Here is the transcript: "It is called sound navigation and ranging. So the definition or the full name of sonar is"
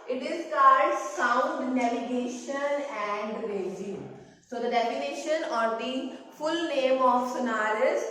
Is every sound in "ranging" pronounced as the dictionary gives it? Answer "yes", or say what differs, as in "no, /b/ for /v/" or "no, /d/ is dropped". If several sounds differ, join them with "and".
no, /n/ is dropped